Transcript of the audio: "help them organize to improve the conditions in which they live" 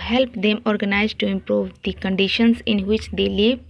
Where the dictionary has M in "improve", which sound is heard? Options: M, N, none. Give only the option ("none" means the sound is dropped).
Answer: M